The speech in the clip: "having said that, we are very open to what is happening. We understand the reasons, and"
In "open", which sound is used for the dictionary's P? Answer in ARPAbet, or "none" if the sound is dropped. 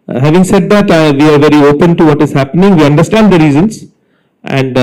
P